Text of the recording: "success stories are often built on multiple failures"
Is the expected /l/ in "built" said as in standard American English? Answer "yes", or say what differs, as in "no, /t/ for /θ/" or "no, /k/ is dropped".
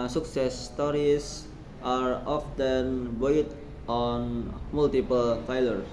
no, /l/ is dropped